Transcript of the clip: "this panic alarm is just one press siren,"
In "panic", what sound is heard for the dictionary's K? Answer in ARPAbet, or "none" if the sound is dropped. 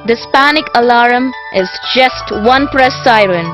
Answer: K